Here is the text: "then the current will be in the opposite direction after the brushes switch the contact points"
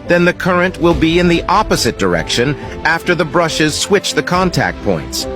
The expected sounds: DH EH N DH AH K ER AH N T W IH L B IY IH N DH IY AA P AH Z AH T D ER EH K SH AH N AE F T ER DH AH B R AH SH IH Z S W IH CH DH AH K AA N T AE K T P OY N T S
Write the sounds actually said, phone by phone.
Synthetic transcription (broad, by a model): DH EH N DH AH K ER AH N T W IH L B IY IH N DH IY AA P AH Z AH T D ER EH K SH AH N AE F T ER DH AH B R AH SH IH Z S W IH CH DH AH K AA N T AE K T P OY N T S